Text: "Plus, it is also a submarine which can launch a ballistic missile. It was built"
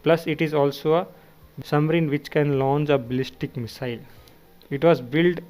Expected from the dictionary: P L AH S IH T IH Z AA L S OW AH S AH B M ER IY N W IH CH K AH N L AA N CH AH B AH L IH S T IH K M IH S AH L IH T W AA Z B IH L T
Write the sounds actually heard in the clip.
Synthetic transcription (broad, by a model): P L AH S IH T IH Z AA L S OW AH S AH M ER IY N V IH CH K AH N L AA N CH AH B AH L IH S T IH K M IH S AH L IH T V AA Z B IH L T